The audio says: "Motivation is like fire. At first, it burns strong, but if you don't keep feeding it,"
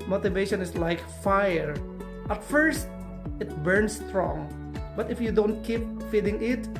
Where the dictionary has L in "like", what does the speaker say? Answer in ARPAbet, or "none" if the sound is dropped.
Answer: L